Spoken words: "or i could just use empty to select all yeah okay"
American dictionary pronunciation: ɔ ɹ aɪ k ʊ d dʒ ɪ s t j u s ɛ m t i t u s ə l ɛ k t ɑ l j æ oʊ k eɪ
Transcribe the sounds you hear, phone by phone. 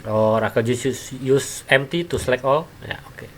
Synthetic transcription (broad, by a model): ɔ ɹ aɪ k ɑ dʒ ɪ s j j u s ɛ m t i t u s l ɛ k ɑ l j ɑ oʊ k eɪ